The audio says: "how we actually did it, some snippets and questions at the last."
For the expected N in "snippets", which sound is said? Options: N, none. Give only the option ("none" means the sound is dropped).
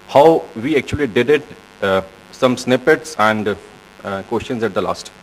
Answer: N